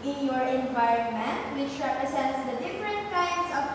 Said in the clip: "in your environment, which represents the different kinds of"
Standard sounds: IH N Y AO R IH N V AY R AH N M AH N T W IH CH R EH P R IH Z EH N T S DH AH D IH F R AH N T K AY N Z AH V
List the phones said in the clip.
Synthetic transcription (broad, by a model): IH N Y AO R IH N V AY R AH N M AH N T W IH CH R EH P R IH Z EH N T S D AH D IH F R AH N T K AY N S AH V